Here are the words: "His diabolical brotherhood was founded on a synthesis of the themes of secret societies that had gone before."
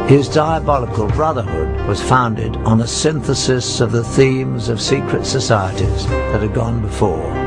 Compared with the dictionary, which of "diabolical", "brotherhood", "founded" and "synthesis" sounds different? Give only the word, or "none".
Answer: none